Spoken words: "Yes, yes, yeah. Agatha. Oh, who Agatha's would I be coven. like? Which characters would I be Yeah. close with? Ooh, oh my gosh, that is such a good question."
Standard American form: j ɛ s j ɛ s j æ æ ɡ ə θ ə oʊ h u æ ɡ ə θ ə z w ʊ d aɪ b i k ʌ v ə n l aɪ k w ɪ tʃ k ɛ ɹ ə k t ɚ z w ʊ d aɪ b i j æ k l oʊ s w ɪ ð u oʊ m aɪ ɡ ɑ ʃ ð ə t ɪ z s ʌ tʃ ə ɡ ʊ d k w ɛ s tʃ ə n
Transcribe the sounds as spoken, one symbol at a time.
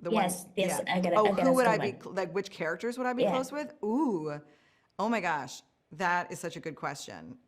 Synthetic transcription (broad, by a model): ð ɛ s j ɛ j æ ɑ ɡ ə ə h u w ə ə d aɪ b i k l aɪ k w ɪ tʃ k ɛ ɹ ə k t ɚ z w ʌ d aɪ b i k l oʊ s w ɪ ð u oʊ m aɪ ɡ ɑ ʃ ð ə t ɪ z s ʌ tʃ ə ɡ ʊ d k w ɛ s tʃ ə n